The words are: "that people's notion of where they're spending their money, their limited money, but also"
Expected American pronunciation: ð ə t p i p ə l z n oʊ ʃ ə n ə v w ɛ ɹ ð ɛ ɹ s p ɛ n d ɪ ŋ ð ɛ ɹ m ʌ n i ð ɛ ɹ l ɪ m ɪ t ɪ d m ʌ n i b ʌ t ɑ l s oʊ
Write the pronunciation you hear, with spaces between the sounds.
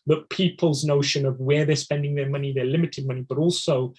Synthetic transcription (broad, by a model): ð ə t p i p ə l z n oʊ ʃ ə n ə v w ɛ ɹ ð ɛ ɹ s p ɛ n d ɪ ŋ ð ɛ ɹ m ʌ n i ð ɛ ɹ l ɪ m ɪ t ɪ d m ʌ n i b ʌ t ɑ l s oʊ